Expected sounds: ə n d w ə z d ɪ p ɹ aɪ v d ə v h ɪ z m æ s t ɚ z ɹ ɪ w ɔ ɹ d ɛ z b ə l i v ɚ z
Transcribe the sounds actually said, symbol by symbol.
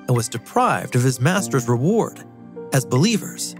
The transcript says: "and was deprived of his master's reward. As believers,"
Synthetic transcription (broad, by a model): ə n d w ə z d ɪ p ɹ aɪ v d ə v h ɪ z m æ s t ɚ z ɹ ɪ w ɔ ɹ d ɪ z b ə l i v ɚ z